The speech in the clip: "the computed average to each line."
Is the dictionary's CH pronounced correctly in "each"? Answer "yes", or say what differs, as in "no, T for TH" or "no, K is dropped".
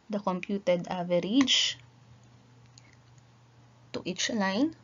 yes